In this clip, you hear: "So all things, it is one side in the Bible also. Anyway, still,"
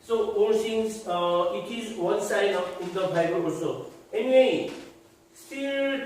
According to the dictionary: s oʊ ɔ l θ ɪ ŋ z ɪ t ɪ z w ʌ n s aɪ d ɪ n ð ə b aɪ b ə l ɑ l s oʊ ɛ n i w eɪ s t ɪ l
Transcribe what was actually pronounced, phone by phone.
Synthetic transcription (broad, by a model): s oʊ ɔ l s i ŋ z ɪ t ɪ z w ʌ n s aɪ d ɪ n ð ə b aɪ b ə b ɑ s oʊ ɛ n i w eɪ s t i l